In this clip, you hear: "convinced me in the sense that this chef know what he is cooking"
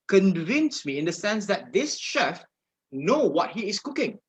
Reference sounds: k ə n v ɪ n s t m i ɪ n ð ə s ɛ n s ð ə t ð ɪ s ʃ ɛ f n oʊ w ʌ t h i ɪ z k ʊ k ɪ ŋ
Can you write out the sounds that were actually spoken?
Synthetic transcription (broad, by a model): k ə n v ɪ n s m i ɪ n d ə s ɛ n s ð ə t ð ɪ s ʃ ɛ f n oʊ w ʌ t h i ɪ s k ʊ k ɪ ŋ